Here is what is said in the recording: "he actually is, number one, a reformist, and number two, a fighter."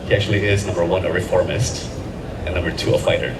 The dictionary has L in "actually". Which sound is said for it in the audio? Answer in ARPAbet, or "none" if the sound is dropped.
L